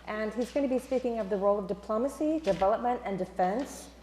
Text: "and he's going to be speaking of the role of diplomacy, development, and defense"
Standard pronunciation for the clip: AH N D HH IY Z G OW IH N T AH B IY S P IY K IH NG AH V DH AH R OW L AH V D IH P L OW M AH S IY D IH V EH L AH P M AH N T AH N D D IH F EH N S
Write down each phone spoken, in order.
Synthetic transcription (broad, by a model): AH N IY Z G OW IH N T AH B IY S P IY K IH NG AH V DH AH R OW L AH V D IH P L OW M AH S IY D IH V EH L AH P M AH N T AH N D D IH F EH N S